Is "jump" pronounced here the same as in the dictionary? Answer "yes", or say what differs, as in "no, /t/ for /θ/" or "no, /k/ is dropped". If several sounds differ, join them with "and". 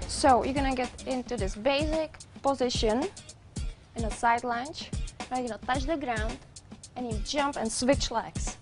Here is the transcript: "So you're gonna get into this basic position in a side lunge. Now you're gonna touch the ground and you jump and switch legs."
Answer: yes